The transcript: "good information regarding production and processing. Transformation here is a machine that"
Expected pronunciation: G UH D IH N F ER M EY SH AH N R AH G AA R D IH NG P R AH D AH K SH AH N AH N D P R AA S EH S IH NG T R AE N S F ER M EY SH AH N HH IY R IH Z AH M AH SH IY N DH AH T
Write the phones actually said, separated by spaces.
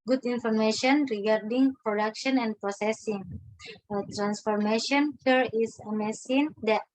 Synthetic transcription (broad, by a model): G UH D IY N F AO M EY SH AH N R AH G AA R D IH NG P R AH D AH K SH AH N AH N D P R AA S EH S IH NG T R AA N S F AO M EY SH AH N HH IY R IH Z AH M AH S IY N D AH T